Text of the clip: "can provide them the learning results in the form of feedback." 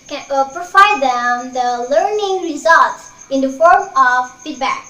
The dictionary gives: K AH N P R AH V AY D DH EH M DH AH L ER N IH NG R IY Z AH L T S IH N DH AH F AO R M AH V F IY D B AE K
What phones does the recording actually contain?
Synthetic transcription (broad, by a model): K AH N P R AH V AY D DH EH M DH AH L ER N IH NG R IY Z AH L T S IH N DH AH F AO R M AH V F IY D B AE K